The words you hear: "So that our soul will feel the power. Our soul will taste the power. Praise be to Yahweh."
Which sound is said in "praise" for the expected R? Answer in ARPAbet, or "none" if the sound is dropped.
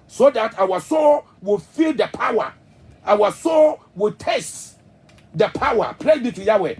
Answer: L